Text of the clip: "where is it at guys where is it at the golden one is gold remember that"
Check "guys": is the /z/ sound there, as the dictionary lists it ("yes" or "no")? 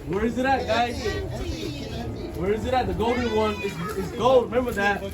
no